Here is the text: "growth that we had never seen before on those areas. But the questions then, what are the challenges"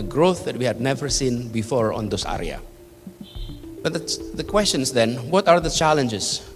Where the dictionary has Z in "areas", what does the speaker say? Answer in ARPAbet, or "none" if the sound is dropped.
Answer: none